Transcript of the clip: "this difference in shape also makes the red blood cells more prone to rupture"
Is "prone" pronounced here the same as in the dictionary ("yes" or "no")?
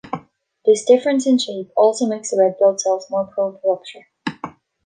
no